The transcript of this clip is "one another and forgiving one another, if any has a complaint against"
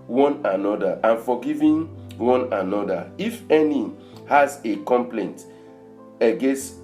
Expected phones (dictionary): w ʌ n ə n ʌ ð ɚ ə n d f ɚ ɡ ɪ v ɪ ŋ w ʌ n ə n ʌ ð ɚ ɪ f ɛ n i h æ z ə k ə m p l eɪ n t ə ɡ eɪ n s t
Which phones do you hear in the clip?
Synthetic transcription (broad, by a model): w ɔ n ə n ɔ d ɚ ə n f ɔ ɡ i v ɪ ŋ w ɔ n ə n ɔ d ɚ ɪ f ɛ n i h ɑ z ə k ə m p l eɪ n t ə ɡ eɪ n s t